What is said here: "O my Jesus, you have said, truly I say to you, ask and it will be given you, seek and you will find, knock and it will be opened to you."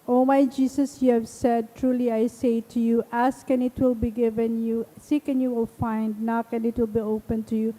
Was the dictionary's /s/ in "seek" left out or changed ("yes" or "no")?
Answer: no